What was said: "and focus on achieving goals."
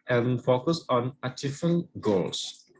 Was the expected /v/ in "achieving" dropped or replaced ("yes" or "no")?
yes